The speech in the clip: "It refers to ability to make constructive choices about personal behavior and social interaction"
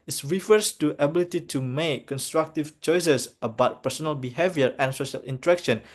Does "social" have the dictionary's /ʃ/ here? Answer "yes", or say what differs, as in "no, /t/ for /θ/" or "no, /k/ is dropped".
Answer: yes